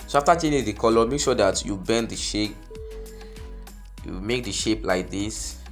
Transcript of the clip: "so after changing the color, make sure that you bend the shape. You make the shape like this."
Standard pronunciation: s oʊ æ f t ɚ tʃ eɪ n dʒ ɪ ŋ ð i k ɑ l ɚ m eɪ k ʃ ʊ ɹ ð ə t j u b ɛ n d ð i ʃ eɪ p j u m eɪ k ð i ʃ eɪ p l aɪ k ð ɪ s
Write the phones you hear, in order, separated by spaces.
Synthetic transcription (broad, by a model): s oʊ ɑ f t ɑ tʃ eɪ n ɪ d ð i k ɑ l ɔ m eɪ k ʃ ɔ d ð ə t j u b ɛ n d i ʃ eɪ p j u m eɪ k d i ʃ eɪ p l aɪ k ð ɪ s